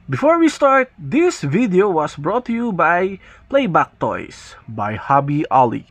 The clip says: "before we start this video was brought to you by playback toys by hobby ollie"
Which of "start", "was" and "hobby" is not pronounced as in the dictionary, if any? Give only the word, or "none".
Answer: was